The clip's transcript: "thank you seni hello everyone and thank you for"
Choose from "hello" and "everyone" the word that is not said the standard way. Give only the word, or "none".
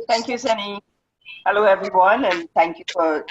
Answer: none